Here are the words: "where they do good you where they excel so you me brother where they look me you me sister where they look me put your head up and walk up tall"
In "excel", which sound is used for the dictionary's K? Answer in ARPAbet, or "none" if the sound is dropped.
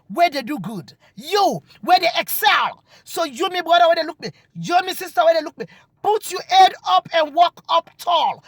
K